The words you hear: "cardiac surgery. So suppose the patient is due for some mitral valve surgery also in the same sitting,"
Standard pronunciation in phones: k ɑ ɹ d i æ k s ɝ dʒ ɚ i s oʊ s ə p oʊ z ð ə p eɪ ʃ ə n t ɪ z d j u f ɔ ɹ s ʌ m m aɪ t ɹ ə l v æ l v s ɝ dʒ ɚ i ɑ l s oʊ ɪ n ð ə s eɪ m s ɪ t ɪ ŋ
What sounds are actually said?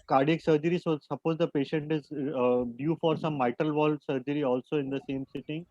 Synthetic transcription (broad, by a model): k ɑ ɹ d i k s ɝ dʒ ɚ i s oʊ s ə p oʊ z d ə p eɪ ʃ ə n t ɪ z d j u f ɔ ɹ s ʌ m m aɪ t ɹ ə l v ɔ l s ɝ dʒ ɚ i ɑ l s oʊ ɪ n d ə s eɪ m s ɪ t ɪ ŋ